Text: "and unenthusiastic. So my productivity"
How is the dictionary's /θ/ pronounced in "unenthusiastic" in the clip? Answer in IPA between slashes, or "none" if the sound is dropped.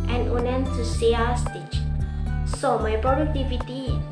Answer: /t/